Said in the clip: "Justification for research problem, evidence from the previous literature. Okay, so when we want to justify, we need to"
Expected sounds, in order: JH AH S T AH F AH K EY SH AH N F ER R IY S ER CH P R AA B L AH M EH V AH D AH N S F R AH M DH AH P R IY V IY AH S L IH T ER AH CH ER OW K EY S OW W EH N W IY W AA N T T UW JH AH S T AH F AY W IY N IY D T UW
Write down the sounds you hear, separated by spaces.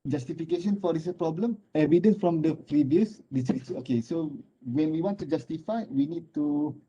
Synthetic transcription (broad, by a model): JH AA S T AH F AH K EY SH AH N F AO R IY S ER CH P R AA B L AH M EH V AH D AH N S F R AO M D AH P R IY V IY AH S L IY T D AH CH OW K EY S OW W EH N W IY W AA N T T UW JH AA S T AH F AY W IY N IY D T UW